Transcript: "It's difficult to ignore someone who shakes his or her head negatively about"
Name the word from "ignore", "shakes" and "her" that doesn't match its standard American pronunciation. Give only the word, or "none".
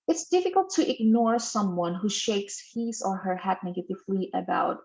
none